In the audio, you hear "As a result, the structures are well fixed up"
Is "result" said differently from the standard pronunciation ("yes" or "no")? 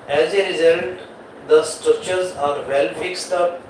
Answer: yes